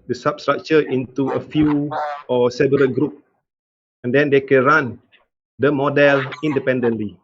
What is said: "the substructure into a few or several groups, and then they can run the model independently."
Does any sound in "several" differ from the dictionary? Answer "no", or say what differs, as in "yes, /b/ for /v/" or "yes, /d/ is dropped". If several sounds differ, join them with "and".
yes, /b/ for /v/